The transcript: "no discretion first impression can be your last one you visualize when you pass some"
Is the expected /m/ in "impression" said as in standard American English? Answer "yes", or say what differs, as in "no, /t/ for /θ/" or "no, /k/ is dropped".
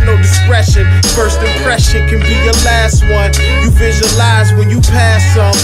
no, /m/ is dropped